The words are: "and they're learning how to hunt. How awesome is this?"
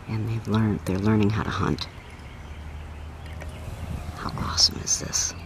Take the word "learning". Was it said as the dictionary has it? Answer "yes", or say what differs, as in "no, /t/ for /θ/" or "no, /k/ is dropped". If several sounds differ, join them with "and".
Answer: yes